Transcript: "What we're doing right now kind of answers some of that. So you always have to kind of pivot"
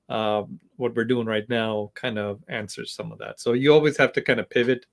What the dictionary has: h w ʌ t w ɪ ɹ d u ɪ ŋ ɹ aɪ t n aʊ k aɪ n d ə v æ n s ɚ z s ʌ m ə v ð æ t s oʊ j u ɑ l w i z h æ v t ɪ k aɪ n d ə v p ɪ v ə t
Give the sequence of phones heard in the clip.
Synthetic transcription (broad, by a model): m w ʌ t w ɪ ɹ d u ɪ ŋ ɹ aɪ t n aʊ k aɪ n d ə v æ n s ɚ z s ʌ m ə v ð æ t s oʊ j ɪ ɑ l w i z h æ f t ɪ k aɪ n d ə p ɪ v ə t